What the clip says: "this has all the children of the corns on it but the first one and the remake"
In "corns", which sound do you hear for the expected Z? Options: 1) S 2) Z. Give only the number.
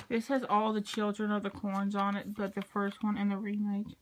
2